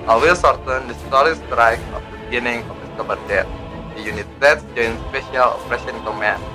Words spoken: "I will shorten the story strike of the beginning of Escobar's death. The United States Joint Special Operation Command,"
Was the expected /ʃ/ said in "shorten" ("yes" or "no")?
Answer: no